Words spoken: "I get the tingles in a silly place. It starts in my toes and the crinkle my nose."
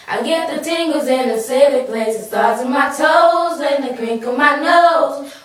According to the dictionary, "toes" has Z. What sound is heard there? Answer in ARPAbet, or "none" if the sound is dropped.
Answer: Z